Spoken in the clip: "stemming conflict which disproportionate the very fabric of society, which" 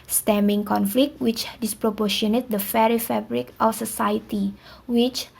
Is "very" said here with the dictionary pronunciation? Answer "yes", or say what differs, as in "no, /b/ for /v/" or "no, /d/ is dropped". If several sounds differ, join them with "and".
no, /f/ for /v/